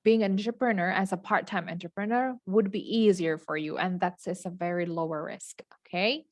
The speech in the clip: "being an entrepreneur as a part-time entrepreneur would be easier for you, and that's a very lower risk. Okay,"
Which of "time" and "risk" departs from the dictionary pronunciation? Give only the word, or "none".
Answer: none